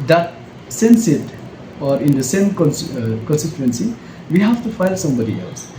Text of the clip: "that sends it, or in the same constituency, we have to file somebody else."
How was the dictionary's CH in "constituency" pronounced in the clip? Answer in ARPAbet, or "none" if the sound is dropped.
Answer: S